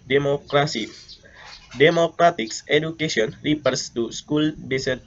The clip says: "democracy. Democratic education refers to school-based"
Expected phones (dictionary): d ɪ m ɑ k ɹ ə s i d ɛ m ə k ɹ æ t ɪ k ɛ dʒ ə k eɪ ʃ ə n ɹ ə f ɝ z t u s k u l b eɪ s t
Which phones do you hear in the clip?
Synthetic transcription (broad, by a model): d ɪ m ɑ k ɹ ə s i d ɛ m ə k ɹ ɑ t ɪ k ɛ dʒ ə k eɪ s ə n ɹ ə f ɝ s t u s k u l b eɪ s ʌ